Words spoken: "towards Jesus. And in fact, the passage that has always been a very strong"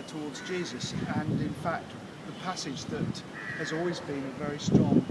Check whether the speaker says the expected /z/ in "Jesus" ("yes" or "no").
yes